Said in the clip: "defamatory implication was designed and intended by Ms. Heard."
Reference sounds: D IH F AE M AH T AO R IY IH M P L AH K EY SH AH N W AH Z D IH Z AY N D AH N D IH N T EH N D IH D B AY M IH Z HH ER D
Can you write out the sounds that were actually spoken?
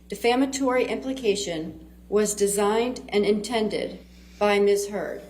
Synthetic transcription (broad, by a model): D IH F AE M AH T AO R IY IH M P L AH K EY SH AH N W AH Z D IH Z AY N D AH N IH N T EH N D IH D B AY M IH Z HH ER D